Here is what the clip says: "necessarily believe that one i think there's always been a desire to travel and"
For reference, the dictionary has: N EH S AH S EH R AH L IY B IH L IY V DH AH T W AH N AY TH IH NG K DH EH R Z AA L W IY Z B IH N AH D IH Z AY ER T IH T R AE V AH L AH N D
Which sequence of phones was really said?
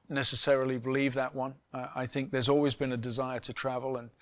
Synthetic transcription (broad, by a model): N EH S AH S EH R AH L IY B IH L IY V DH AH T W AH N AY TH IH NG K DH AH R Z AA L W IY Z B IH N AH D IH Z AY ER T IH T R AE V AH L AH N